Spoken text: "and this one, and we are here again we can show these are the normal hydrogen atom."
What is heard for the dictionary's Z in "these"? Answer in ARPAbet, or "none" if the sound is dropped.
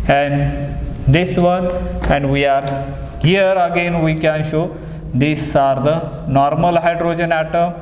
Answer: S